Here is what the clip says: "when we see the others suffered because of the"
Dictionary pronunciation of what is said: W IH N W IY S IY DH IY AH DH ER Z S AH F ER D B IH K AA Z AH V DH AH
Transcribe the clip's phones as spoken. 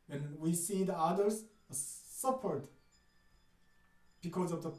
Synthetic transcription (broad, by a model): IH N W IY S IY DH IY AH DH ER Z S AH P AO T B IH K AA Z AH V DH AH